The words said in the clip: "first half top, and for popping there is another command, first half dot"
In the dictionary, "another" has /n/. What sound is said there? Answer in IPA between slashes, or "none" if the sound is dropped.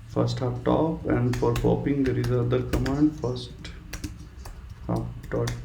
none